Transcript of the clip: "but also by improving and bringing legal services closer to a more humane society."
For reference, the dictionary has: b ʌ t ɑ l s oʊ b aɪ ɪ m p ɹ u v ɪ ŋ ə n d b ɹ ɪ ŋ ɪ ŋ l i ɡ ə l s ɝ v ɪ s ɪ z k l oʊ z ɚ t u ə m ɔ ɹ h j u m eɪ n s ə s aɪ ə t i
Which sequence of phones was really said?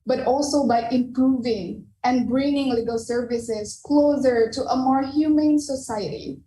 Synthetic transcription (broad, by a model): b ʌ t ɑ l s oʊ b aɪ ɪ m p ɹ u v ɪ ŋ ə n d b ɹ ɪ ŋ ɪ ŋ l i ɡ ə l s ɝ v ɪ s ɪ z k l oʊ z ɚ t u ə m ɔ ɹ h j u m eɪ n s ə s aɪ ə t i